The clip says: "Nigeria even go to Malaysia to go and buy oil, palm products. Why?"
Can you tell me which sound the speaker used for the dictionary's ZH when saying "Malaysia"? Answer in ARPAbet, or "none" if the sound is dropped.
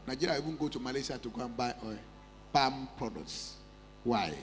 S